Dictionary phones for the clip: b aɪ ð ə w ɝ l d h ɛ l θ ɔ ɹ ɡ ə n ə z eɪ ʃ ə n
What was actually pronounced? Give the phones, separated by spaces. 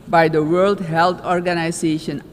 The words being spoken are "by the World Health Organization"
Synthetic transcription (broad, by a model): b aɪ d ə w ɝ l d h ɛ l t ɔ ɹ ɡ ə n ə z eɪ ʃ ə n